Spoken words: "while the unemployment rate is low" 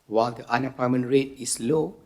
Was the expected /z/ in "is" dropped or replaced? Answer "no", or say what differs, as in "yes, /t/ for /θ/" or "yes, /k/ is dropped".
yes, /s/ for /z/